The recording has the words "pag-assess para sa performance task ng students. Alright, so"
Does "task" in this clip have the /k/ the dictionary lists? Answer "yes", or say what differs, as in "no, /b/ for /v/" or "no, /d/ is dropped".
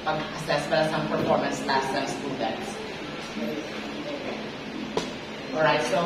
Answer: no, /k/ is dropped